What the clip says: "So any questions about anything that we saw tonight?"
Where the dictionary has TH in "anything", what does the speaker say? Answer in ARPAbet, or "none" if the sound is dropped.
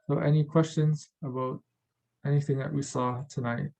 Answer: TH